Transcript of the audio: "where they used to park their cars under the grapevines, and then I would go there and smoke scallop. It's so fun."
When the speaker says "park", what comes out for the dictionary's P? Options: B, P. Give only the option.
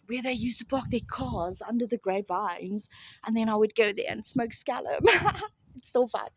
B